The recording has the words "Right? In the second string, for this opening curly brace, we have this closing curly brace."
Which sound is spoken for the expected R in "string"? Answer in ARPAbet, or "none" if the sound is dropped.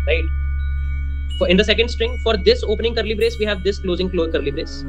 R